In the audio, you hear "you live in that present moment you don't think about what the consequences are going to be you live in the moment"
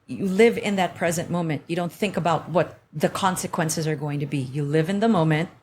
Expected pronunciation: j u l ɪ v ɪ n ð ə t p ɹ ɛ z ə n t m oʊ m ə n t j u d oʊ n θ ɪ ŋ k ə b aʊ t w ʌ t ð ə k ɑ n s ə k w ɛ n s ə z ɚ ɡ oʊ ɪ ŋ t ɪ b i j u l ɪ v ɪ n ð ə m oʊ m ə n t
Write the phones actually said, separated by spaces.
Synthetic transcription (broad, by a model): j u l ɪ v ɪ n ð ə t p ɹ ɛ z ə n m oʊ m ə n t j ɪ d oʊ n θ ɪ ŋ k ə b aʊ t w ʌ t ð ə k ɑ n s ə k w ɛ n s ə z ɚ ɡ oʊ ɪ ŋ t ɪ b i j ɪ l ɪ v ɪ n ð ə m oʊ m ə n t